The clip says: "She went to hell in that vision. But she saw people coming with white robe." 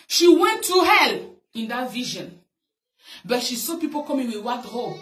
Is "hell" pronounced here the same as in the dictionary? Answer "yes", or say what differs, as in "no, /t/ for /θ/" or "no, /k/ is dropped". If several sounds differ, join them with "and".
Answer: yes